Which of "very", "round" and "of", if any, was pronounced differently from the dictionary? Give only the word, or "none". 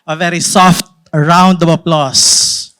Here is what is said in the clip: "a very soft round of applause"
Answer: of